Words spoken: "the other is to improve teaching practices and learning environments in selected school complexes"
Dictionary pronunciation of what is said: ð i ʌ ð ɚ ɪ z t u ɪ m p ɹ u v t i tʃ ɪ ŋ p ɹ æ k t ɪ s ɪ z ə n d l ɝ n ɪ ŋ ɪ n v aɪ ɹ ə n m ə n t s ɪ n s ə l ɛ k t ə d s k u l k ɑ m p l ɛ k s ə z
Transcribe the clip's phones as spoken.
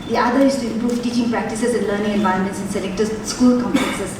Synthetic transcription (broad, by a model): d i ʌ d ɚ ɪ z t u ɪ m p ɹ u v t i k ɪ ŋ p ɹ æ k t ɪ s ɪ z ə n l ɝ n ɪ ŋ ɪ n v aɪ ə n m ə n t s ɪ n s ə l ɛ k t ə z s k u l k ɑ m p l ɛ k s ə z